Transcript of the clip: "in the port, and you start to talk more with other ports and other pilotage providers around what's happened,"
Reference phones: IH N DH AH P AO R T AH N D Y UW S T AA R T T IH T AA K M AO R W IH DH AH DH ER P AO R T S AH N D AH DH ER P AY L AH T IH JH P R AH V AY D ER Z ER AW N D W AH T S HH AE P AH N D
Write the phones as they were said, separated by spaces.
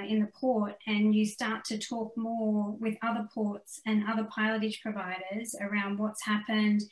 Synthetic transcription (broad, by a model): IH N DH AH P AO R T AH N Y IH S T AA R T T IH T AA K M AO R W IH DH AH DH ER P AO R T S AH N AH DH ER P AY L AH T IH JH P R AH V AY D ER Z ER AW N D W AH T S HH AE P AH N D